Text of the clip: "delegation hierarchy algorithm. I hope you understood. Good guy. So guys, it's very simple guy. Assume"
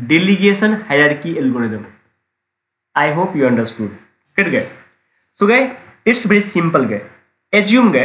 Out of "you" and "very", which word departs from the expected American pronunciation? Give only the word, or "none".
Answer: very